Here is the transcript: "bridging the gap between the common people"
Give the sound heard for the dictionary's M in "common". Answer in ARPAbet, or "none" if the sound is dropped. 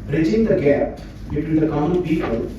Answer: none